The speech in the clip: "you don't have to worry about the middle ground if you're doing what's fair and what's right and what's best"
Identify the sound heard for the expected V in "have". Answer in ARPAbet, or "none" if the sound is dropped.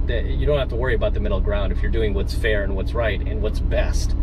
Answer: F